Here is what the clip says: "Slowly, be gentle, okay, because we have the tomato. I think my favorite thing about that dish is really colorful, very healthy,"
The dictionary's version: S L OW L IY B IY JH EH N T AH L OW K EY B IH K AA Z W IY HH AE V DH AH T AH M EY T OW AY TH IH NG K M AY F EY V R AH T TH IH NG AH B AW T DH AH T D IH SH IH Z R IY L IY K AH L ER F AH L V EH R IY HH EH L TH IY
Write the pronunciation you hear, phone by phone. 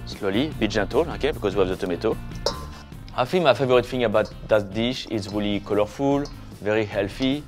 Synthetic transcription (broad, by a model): S L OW L IY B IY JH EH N T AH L OW K EY B IH K AA Z W IY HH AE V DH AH T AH M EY T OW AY F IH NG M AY F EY V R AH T F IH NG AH B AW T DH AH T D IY SH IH S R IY L IY K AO L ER F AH L V EH R IY HH EH L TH IY